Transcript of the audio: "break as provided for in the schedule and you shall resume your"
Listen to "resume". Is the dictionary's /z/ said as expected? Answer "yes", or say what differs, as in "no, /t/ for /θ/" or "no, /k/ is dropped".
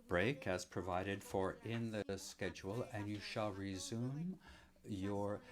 yes